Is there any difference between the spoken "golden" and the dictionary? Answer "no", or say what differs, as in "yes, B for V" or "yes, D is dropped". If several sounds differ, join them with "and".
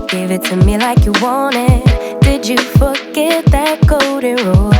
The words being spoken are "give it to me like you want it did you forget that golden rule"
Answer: yes, L is dropped